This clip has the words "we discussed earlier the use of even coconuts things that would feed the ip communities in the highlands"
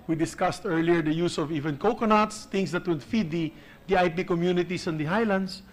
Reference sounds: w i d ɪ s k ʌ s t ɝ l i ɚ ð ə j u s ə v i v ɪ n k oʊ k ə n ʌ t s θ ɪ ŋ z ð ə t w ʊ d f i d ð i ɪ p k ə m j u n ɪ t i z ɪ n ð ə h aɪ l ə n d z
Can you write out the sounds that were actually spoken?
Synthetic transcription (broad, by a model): w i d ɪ s k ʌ s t ɝ l i ɚ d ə j u s ə v i v ɪ n k oʊ k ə n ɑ t s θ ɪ ŋ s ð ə t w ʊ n f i d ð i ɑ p k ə m j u n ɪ t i s ɪ n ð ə h aɪ l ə n d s